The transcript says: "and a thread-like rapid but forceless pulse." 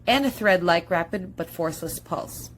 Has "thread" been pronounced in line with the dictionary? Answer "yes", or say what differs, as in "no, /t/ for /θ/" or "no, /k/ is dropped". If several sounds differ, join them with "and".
yes